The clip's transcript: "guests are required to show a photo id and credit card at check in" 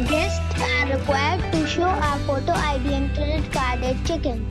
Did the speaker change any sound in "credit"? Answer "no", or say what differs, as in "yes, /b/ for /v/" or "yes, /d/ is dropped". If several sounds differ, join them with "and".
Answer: yes, /ɹ/ is dropped